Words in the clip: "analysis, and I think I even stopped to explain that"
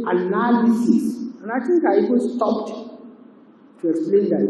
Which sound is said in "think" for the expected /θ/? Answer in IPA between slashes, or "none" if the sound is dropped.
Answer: /t/